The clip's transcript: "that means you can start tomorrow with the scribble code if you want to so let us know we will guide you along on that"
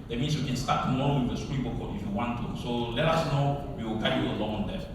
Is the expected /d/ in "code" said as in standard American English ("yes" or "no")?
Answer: no